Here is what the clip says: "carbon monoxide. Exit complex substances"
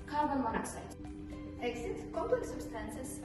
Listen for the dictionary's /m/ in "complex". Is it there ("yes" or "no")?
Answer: no